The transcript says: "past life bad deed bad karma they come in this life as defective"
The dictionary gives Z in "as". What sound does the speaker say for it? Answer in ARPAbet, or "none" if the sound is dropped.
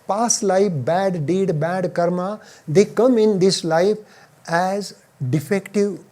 Z